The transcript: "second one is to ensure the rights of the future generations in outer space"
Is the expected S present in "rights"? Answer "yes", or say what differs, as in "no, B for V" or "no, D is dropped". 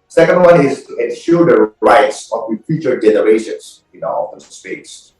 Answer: yes